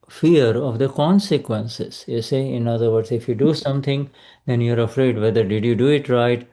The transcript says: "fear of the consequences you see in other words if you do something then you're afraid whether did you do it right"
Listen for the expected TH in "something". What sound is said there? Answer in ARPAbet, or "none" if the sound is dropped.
T